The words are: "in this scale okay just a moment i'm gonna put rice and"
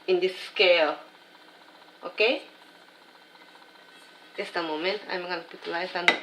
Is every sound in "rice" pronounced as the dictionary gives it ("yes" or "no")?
no